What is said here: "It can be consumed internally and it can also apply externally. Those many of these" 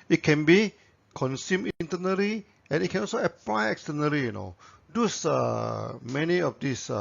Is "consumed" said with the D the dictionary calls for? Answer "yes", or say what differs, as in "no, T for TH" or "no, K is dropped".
no, D is dropped